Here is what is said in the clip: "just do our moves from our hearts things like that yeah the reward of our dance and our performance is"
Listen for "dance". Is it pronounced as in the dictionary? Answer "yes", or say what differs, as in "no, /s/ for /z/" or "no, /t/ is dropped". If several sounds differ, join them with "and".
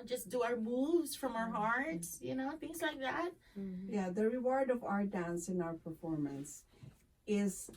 yes